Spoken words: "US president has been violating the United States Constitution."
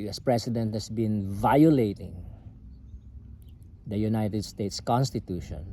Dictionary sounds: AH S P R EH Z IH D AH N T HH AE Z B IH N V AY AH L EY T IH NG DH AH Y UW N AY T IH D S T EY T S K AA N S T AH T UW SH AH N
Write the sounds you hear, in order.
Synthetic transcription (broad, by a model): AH S P R EH S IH D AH N T HH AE S B IH N V AY AH L EY T IH NG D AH Y UW N AY T IH D S T EY T S K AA N S T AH T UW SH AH N